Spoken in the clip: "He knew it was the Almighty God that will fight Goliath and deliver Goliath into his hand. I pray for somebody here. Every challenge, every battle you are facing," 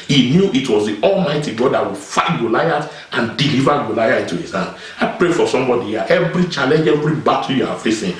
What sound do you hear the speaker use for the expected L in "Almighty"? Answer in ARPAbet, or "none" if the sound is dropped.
L